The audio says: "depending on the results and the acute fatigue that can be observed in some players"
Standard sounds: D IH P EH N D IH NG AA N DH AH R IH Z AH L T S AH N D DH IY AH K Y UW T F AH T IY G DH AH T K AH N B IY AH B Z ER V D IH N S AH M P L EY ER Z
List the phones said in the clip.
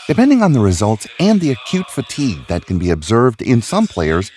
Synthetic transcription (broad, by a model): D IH P EH N D IH NG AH N DH AH R IH Z AH L T S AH N DH IY AH K Y UW T F AH T IY G DH AH T K AH N B IY AH B Z ER V D IH N S AH M P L EY ER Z